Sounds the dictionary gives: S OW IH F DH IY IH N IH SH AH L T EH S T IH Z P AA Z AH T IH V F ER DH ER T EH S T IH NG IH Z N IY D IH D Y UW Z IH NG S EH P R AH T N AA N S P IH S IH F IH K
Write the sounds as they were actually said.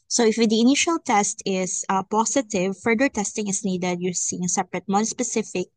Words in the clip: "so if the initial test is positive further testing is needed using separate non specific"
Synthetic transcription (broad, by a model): S OW IH F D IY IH N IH SH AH L T EH S T IH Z P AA S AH T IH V F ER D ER T EH S T IH NG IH S N IY D IH D Y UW S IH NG S EH P R AH T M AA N S P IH S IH F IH K